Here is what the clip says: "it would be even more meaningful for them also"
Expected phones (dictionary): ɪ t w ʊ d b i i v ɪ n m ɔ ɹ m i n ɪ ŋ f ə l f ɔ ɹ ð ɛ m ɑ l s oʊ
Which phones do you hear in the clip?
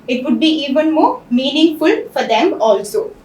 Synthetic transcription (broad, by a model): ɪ t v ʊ d b i i v ɪ n m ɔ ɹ m i n ɪ ŋ f ə l f ɔ ɹ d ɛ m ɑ l s oʊ